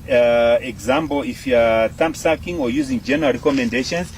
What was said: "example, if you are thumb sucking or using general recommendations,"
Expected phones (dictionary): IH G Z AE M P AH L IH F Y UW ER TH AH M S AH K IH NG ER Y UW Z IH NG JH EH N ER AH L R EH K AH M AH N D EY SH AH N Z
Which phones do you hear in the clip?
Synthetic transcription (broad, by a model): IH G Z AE M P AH L IH F Y UW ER T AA M S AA K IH NG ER Y UW Z IH NG JH EH N ER AH L R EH K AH M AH N D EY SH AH N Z